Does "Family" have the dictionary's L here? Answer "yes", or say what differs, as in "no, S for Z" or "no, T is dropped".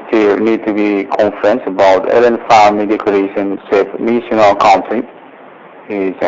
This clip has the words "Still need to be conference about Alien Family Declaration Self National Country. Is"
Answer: no, L is dropped